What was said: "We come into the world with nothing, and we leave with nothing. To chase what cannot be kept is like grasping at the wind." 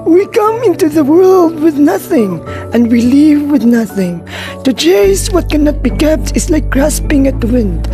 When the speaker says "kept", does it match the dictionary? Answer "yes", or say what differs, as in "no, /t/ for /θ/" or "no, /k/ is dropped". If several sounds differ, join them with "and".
yes